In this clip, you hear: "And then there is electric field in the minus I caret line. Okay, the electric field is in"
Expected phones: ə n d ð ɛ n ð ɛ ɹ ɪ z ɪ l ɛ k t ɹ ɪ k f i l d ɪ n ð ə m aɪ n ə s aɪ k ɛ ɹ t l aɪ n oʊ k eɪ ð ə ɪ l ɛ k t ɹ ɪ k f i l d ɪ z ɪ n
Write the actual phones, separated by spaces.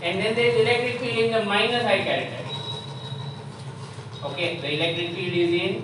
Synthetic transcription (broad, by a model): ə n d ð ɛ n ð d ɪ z ɪ l ɛ k t ɹ ɪ k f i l ɪ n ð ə m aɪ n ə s aɪ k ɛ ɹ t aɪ oʊ k eɪ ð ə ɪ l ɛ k t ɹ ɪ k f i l ɪ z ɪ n